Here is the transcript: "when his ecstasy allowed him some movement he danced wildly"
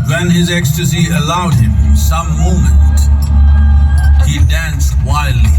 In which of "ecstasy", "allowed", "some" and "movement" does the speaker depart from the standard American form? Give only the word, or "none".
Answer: movement